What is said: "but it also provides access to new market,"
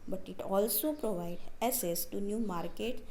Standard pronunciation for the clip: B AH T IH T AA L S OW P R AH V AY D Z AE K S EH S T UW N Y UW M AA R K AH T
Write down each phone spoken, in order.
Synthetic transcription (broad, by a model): B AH T IH T AA L S OW P R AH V AY D AE S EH S T UW N Y UW M AA R K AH T